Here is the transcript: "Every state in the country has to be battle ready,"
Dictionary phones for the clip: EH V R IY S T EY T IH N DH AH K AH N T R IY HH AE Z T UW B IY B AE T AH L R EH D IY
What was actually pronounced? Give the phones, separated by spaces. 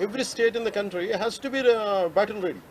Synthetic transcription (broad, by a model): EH V R IY S T EY T IH N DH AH K AH N T R IY HH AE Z T UW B IY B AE T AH N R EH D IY